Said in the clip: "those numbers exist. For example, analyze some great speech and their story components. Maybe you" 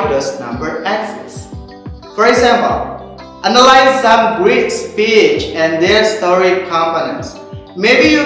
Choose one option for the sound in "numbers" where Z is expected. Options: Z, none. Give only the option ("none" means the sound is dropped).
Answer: none